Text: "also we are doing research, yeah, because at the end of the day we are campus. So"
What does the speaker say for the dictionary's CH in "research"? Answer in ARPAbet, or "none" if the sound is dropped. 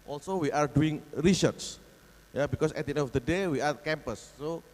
S